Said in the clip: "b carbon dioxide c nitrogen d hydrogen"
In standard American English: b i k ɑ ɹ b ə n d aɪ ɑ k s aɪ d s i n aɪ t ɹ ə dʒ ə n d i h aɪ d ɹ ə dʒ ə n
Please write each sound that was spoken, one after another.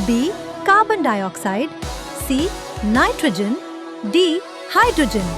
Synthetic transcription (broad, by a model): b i k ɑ b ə n d aɪ ɑ k s aɪ d s i n aɪ t ɹ ə dʒ ə n d i h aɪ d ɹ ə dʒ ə n